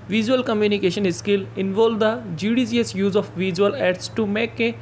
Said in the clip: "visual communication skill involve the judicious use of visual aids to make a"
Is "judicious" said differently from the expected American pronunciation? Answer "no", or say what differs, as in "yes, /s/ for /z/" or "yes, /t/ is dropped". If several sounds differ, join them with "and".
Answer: yes, /s/ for /ʃ/